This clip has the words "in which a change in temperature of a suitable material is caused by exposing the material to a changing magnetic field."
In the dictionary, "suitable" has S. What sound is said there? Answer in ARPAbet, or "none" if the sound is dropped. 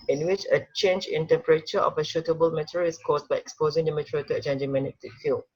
SH